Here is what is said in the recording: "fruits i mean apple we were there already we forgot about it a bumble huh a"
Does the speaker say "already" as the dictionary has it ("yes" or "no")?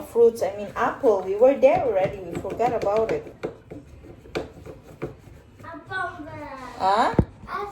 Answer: yes